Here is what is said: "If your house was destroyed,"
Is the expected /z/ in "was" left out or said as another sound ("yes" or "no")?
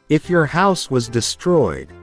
no